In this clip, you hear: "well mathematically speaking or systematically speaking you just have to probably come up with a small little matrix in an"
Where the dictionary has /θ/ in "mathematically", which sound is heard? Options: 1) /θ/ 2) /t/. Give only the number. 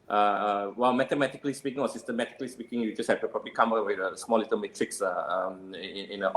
2